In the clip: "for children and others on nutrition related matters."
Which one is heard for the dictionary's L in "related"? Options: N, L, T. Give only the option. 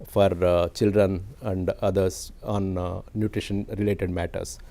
L